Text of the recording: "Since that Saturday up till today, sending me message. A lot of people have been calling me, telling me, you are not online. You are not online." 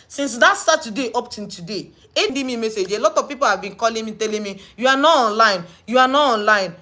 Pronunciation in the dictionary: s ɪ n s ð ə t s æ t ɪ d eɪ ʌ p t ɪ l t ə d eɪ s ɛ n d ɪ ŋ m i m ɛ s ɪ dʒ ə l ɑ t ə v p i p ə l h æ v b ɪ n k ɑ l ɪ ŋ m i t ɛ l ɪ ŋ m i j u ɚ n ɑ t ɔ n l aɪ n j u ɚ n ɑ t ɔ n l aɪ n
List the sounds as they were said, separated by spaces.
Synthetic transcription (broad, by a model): s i n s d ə t s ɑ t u d eɪ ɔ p t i n t ə d eɪ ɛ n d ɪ m i m ɛ s ɪ dʒ ə l ɑ t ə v p i p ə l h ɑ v b ɪ n k ɑ l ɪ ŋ m i t ɛ l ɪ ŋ m i j u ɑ n ɑ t ɔ n l aɪ n j u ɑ n ɑ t ɔ n l aɪ n